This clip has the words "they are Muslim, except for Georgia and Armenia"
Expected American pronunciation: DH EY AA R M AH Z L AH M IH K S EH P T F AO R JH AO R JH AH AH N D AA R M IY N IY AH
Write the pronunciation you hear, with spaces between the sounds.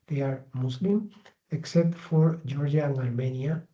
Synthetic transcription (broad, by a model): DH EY AA R M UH S L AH M IH K S EH P T F AO R JH AO R JH AH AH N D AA R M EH N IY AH